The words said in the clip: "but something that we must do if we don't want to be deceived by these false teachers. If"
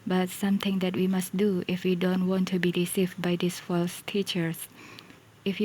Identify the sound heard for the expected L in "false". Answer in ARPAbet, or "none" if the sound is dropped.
L